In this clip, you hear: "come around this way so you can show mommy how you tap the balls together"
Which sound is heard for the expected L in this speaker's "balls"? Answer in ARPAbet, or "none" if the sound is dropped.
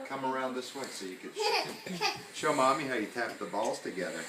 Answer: L